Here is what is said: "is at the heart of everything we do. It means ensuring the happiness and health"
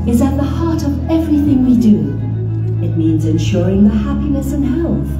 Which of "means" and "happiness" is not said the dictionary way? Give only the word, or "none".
none